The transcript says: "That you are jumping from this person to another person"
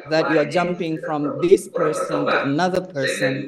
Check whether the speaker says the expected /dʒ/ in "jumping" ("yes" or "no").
yes